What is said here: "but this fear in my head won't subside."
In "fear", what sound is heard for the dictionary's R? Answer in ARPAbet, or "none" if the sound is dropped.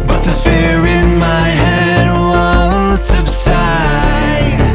R